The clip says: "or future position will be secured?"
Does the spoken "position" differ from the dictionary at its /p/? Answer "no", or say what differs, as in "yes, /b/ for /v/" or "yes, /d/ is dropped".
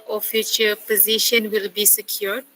no